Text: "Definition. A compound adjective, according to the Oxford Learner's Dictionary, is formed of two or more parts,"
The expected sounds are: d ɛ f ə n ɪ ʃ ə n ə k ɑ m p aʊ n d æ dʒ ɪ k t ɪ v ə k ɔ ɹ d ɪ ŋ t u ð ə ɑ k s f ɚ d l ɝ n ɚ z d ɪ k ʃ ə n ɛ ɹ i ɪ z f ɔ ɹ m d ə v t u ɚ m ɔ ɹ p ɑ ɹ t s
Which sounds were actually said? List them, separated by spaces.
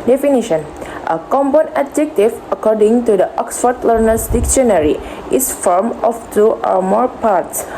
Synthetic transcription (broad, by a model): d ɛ f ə n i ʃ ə n ə k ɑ m b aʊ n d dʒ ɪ k t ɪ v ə k ɔ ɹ d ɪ ŋ t u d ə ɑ k s f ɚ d l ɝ n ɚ s d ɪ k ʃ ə n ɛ ɹ i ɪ s f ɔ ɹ m ə f t u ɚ m ɔ ɹ p ɑ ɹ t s